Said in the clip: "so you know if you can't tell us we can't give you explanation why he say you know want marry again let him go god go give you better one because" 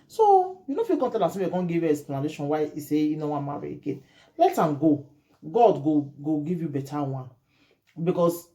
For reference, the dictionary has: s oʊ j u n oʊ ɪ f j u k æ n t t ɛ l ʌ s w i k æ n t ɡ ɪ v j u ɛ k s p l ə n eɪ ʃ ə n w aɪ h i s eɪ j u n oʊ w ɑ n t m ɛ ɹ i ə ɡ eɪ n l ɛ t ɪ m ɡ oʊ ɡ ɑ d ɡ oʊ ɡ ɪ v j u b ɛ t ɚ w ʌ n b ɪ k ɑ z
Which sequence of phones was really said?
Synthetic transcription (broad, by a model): s oʊ j u n oʊ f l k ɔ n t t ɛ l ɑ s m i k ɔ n ɡ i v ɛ s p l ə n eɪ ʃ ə n w aɪ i s eɪ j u n oʊ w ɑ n m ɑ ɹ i ə ɡ eɪ n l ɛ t ɪ m ɡ oʊ ɡ ɑ d ɡ oʊ ɡ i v j u b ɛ t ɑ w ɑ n b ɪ k ɑ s